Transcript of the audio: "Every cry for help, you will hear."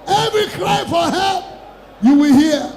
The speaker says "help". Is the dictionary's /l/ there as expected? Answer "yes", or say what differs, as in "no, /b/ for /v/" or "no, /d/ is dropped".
no, /l/ is dropped